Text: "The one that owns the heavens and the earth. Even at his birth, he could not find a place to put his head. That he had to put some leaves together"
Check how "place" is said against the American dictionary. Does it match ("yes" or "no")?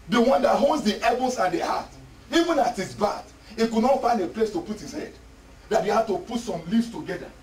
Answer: yes